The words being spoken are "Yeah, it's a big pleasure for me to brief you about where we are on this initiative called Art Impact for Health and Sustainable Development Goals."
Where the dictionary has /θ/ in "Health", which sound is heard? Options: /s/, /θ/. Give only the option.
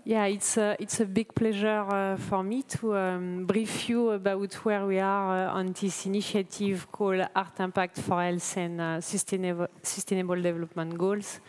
/s/